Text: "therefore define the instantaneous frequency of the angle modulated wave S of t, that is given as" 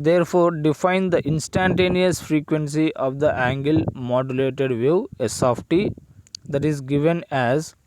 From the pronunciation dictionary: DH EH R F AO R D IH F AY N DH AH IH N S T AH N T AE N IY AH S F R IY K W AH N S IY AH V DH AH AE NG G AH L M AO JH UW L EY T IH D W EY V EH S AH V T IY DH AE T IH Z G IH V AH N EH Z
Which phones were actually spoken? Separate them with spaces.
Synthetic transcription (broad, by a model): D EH R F AO R D IH F AY N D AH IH N S T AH N T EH N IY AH S F R IY K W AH N S IY AH V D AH AE NG G AH L M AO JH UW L EY T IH D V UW EH S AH F T IY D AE T IH Z G IH V AH N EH Z